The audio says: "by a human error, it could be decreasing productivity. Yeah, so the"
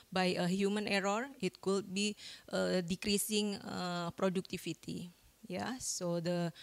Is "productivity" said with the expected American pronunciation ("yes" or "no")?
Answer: no